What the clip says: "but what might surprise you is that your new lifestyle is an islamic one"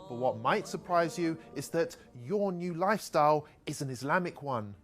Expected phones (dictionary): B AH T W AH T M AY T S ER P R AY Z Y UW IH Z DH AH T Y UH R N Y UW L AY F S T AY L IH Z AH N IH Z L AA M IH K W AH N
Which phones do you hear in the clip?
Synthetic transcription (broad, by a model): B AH T W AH T M AY T S ER P R AY Z Y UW IH Z DH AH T Y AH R N Y UW L AY F S T AY L IH Z AH N IH Z L AA M IH K W AH N